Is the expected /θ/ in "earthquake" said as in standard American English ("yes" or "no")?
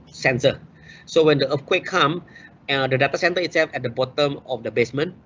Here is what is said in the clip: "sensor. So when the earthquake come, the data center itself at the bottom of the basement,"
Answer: no